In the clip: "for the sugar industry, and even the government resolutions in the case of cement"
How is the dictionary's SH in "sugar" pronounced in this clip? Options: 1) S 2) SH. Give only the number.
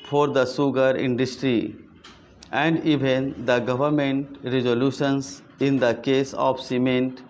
1